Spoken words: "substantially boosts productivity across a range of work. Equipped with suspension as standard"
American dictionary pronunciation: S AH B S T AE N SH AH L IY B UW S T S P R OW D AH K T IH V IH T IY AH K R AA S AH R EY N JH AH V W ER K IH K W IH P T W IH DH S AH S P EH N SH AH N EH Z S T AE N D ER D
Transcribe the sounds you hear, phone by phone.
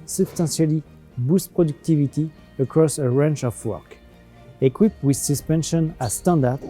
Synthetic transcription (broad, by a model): S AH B S T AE N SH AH L IY B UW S S P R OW D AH K T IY V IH T IY AH K R AA S AH R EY N CH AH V W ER K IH K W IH P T W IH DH S AH S P EH N SH AH N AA S T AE N D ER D